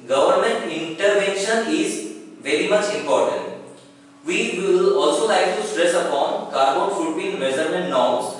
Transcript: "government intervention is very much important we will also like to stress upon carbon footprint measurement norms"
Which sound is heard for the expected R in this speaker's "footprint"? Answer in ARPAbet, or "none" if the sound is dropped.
none